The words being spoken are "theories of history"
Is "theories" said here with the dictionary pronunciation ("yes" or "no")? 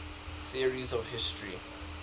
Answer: yes